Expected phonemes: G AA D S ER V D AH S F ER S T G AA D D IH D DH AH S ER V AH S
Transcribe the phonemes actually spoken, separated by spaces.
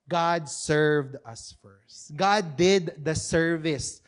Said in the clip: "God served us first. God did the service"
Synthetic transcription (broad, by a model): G AA D S ER V D AH S F ER S T G AA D D IH D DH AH S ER V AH S